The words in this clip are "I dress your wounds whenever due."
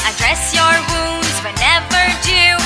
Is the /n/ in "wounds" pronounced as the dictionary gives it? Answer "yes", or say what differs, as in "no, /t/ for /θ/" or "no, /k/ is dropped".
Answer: yes